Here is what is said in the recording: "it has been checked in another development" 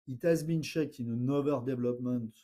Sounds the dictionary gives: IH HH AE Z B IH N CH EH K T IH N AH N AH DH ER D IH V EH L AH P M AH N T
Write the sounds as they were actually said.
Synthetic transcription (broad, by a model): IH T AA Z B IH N SH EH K IH N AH N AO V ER D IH V L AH P M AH N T